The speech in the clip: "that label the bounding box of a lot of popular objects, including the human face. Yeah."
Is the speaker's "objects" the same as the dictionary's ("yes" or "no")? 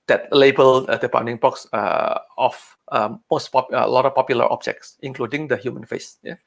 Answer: yes